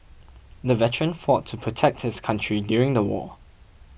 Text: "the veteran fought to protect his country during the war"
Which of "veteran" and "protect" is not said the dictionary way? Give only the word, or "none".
none